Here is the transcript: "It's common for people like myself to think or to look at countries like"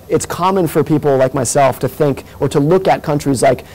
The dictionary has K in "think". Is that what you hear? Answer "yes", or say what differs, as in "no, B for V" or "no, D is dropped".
yes